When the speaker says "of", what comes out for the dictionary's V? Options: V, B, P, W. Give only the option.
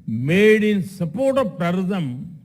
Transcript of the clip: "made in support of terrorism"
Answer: P